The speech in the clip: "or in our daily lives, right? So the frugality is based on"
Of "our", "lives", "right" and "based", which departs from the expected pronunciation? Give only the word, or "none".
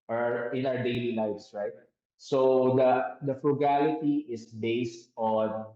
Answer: lives